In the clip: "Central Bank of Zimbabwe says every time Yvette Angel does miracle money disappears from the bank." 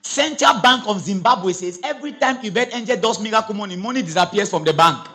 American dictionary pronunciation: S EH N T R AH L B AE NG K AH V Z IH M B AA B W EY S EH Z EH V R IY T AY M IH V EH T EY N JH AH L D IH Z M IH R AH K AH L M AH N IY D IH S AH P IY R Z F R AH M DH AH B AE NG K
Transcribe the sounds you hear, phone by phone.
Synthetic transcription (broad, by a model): S EH N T R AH L B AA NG K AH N Z IH M B AA B W EY S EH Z EH V R IY T AY M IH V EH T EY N JH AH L D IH S M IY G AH K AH N M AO N IY D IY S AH P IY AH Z F R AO M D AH B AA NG K